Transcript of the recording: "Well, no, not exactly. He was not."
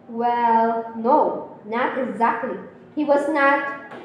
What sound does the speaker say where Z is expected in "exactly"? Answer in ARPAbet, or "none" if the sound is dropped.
Z